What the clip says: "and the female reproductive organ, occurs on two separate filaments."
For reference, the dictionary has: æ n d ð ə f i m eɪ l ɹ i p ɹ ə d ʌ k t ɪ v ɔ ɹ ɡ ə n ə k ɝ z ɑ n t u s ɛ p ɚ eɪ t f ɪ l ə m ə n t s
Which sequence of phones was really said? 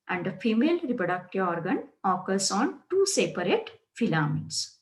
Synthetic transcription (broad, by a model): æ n d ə f i m eɪ l ɹ i p ɹ ə d ʌ k t ɪ v ɔ ɹ ɡ ə n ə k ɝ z ɑ n t u s ɛ p ɚ eɪ t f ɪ l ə m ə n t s